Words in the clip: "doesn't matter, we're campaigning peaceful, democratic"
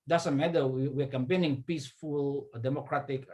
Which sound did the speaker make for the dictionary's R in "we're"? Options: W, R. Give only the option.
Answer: W